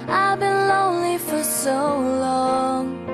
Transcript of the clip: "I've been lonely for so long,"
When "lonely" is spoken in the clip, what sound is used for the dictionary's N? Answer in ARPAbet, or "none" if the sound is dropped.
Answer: N